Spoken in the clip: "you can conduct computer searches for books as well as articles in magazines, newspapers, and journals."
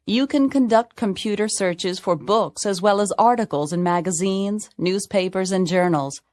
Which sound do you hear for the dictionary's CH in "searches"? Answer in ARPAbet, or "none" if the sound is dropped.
CH